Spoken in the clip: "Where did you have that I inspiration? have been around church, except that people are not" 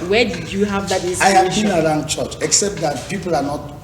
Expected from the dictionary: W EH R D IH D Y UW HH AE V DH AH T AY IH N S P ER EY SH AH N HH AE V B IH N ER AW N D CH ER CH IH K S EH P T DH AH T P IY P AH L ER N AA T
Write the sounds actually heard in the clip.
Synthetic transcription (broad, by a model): W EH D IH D Y UW HH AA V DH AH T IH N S AA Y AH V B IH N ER AW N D CH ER CH IH K S EH P T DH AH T P IY P AH L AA N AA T